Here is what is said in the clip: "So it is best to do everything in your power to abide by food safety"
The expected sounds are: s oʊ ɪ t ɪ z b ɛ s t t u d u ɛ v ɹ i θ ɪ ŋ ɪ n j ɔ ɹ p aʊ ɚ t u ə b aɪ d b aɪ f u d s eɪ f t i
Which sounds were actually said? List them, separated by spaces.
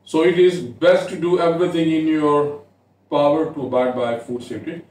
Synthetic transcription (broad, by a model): s oʊ ɪ t ɪ z b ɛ s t t u d u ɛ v ɹ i t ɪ ŋ ɪ n j ɔ ɹ p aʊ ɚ t u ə b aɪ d b aɪ f u d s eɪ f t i